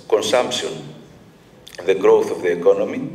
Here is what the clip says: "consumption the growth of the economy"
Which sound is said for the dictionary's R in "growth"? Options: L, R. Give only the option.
R